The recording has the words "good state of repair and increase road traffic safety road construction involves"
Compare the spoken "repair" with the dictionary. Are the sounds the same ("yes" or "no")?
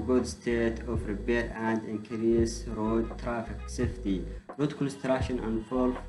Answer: no